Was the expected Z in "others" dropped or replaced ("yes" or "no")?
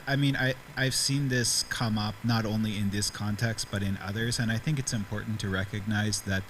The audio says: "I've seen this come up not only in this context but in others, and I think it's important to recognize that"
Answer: no